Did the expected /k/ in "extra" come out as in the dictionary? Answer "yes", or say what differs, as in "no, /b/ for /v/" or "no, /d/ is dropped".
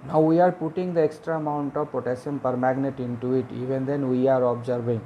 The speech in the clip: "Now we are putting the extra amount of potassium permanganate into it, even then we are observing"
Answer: yes